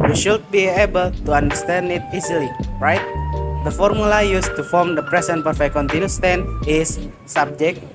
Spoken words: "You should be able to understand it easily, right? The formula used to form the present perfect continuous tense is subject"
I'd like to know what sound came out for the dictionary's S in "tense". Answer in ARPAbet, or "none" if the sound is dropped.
none